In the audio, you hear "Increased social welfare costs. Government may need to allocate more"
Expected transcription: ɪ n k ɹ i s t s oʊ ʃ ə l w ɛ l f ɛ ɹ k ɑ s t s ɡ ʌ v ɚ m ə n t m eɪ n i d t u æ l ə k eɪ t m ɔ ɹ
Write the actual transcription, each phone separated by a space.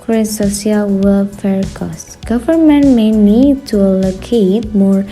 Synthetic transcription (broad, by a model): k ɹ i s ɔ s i ə l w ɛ l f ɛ ɹ k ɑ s s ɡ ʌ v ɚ m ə n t m eɪ n i d t u l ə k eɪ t m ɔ ɹ